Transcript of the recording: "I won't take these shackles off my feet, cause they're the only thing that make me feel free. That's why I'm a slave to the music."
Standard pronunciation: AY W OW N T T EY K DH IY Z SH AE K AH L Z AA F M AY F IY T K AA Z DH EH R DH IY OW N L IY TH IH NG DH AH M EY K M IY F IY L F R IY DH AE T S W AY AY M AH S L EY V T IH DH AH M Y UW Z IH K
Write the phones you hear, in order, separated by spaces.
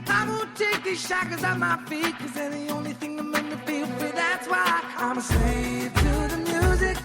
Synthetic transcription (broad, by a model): AY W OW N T T EY K DH IY Z SH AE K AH Z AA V M AY F IY T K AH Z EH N DH IY OW N L IY TH IH NG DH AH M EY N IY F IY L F IY DH AE T S W AY AY M AH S EY T IH DH AH M Y UW Z IH K